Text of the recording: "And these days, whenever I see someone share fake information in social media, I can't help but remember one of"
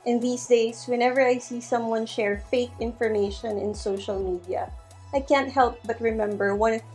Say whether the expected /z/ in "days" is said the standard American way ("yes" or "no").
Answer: no